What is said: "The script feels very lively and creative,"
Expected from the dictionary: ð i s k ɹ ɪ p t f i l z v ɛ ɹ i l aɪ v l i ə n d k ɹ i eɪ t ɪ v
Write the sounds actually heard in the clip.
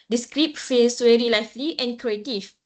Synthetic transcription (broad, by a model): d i s k ɹ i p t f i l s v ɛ ɹ i l aɪ f l i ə n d k ɹ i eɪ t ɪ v